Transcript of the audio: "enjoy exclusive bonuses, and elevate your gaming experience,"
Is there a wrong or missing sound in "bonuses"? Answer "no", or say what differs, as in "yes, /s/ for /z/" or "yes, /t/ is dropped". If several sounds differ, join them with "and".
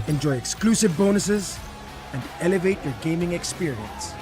no